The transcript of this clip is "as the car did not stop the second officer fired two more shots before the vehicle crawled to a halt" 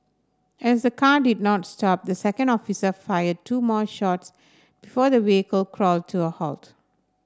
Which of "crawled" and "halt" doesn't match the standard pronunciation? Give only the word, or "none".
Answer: none